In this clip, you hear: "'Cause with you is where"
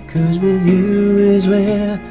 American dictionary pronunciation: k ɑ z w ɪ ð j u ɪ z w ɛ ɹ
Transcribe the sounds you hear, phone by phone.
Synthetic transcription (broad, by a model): k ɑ z w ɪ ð j u ɪ z w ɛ